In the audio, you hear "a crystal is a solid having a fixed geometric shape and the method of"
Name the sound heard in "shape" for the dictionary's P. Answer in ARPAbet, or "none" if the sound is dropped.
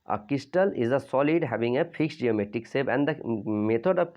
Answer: B